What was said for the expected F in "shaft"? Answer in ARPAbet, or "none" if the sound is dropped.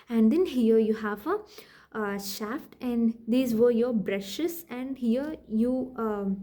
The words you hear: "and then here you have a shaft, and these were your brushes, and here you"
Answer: F